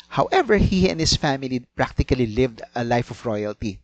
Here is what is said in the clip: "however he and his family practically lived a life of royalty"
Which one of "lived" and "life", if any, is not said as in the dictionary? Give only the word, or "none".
none